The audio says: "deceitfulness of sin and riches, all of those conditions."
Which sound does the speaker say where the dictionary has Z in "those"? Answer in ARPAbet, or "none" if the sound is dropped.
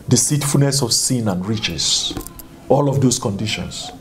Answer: S